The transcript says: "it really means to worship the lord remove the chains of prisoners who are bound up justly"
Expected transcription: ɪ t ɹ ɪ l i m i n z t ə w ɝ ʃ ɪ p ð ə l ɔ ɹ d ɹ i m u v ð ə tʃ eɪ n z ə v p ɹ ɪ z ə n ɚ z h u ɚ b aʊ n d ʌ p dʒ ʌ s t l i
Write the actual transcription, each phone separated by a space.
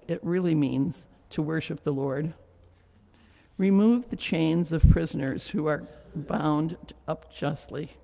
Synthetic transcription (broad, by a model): ɪ t ɹ ɪ l i m i n z t ə w ɝ ʃ ɪ p ð ə l ɔ ɹ d ɹ i m u v ð ə tʃ eɪ n z ə v p ɹ ɪ z ə n ɚ z h u ɚ b aʊ n d ʌ p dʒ ʌ s t l i